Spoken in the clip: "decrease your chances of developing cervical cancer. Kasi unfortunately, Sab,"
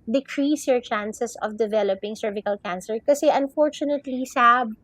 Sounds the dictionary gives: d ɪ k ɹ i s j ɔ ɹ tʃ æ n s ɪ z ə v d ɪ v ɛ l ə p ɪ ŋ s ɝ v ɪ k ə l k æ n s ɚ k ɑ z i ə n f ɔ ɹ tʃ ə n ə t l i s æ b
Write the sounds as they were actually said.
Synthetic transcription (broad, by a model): d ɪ k ɹ i s j ɔ ɹ tʃ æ n s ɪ s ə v d ɪ v ɛ l ə p ɪ ŋ s ɝ v ɪ k ə l k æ n s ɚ k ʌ s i ə n f ɔ ɹ tʃ ə n ə t l i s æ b